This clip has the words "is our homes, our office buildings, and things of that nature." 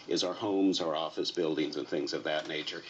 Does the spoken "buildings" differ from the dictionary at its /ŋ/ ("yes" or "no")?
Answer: no